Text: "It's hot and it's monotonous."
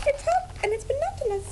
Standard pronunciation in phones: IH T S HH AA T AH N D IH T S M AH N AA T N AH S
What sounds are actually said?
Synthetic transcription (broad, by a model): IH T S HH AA AH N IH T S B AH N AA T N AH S